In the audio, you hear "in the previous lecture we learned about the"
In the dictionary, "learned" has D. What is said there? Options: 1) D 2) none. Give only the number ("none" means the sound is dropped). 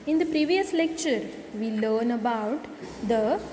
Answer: 2